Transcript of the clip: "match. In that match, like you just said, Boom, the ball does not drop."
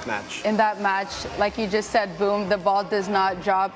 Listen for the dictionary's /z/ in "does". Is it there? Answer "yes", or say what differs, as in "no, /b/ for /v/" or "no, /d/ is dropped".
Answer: yes